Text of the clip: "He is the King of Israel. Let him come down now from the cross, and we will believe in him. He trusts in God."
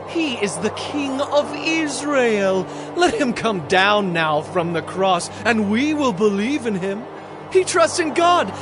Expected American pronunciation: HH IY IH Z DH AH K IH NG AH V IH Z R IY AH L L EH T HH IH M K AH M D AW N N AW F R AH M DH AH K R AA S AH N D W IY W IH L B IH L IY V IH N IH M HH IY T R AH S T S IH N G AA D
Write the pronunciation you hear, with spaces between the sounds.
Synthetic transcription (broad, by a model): HH IY IH Z DH AH K IH NG AH V IH Z R IY AH L L EH T HH IH M K AH M D AW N N AW F R AH M DH AH K R AA S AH N W IY W IH L B IH L IY V IH N IH M HH IY T R AH S T S IH N G AA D